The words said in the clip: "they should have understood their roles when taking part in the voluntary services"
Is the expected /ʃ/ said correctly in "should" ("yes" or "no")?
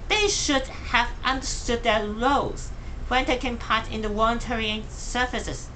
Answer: yes